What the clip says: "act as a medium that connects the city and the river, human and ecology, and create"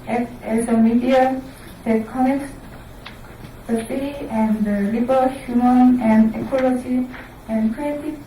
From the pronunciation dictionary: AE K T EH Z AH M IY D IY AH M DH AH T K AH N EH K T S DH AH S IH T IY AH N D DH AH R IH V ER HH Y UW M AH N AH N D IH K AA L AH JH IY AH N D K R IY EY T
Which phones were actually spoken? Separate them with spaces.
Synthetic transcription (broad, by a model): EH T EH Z AH M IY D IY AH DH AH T K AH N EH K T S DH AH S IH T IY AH N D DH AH L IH B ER HH Y UW M AH N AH N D IH K AA L AH JH IY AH N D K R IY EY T